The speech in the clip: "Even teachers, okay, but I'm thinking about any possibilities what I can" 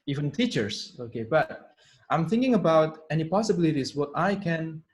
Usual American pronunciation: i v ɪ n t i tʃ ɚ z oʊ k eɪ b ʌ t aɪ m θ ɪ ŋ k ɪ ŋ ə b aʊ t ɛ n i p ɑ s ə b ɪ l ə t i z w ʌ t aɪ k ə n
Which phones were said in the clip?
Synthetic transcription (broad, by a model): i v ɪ n t i tʃ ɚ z oʊ k eɪ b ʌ t aɪ m θ ɪ ŋ k ɪ ŋ ə b aʊ t ɛ n i p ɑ s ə b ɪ l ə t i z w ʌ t aɪ k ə n